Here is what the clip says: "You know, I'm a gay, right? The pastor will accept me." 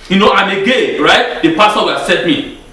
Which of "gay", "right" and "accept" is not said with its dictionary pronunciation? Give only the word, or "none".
accept